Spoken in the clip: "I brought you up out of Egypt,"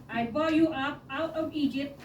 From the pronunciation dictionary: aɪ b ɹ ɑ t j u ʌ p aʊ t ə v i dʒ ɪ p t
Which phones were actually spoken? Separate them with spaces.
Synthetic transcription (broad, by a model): aɪ b ɑ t j u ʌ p aʊ t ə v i dʒ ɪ p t